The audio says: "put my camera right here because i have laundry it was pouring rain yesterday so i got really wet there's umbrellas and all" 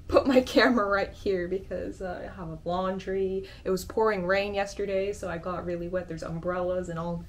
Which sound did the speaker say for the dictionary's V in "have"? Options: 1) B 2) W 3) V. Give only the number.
1